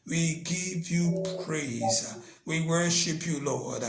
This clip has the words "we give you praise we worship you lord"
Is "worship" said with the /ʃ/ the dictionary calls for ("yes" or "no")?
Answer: yes